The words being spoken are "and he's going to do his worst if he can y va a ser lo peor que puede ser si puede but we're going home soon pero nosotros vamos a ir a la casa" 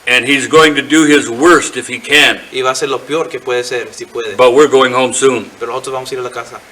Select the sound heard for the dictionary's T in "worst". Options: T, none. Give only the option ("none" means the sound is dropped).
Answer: T